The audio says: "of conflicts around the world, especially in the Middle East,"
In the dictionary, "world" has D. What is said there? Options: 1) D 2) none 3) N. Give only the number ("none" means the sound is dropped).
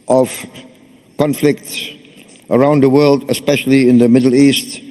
1